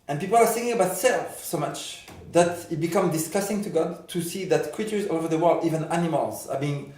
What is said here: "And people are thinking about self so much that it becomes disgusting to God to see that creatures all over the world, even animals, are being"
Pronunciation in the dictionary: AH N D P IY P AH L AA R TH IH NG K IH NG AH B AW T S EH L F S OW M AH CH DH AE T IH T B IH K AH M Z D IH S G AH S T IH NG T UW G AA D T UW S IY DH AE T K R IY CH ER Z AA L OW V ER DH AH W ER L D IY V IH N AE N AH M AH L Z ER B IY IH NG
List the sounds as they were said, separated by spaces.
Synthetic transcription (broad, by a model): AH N P IY P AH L AA R S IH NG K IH NG AH B AW T S EH L F S OW M AH CH DH AE T IH T B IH K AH M D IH S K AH S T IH NG T UW G AA D T UW S IY DH AE T K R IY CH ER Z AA OW V ER DH AH W ER L D IY V IH N AE N AH M AH L Z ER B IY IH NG